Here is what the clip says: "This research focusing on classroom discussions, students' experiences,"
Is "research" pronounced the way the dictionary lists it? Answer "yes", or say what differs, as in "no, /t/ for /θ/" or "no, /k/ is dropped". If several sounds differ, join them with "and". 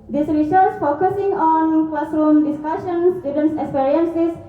no, /s/ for /tʃ/